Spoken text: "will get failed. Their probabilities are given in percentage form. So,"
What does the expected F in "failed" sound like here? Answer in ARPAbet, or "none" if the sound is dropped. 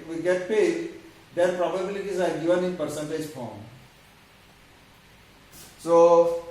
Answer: P